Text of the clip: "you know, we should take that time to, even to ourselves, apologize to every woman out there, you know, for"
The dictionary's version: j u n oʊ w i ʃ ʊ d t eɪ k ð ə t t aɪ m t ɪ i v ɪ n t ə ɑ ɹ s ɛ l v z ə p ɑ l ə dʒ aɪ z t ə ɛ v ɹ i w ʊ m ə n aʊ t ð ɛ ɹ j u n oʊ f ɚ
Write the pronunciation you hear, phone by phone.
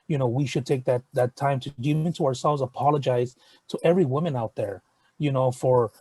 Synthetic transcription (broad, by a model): j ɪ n oʊ w i ʃ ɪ d t eɪ k ð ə t t aɪ m t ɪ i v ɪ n t ə ɑ ɹ s ɛ l v z ə p ɑ l ə dʒ aɪ z t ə ɛ v ɹ i w ʊ m ə n aʊ t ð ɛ ɹ j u n oʊ f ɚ